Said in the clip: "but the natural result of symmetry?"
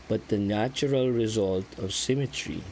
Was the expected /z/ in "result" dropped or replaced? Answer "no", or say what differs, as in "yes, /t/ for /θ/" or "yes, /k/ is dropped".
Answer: no